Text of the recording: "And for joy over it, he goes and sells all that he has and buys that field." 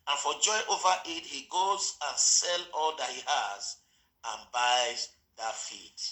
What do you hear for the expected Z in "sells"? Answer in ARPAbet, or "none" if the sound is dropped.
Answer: none